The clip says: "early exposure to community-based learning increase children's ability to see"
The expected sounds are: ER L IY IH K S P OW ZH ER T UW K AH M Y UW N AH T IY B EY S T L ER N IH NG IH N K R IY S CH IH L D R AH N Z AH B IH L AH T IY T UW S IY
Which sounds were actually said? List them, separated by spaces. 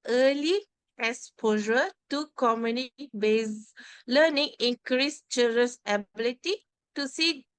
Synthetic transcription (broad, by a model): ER L IY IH S P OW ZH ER T UW K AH M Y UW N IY B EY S L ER N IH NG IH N K R IY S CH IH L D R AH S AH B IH L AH T IY T UW S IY